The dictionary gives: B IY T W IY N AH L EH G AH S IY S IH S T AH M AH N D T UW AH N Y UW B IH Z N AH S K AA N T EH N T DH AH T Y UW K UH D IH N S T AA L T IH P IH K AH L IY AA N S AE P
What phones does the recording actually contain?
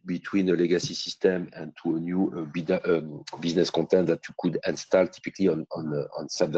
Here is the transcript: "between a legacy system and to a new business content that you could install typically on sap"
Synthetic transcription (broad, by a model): B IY T W IY N AH L EH G AH S IY S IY S T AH M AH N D T UW AH N Y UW B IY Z N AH S K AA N T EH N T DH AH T Y UW K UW D IH N S T AA L T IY P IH K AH N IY AA N S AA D